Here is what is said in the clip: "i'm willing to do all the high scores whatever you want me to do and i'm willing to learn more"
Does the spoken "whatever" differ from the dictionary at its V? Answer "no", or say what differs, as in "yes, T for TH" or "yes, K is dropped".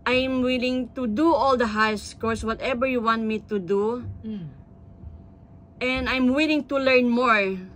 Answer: yes, B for V